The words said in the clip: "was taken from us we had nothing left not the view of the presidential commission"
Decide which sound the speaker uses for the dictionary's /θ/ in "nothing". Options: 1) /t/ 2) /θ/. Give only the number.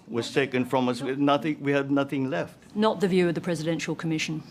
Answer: 2